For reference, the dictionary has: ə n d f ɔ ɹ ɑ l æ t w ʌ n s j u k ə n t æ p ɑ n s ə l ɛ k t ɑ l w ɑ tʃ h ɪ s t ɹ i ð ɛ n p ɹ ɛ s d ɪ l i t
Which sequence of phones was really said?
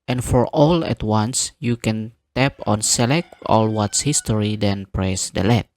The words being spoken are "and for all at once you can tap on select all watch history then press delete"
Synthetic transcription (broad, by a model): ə n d f ɔ ɹ ɑ l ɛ t w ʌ n s j u k ə n t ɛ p ɑ n s ə l ɛ k t ɑ l w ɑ s h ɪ s t ɹ i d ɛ n p ɹ ɛ s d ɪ l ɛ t